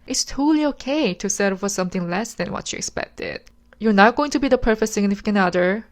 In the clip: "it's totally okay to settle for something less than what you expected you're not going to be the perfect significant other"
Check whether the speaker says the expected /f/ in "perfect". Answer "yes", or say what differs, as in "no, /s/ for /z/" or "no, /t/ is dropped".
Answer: yes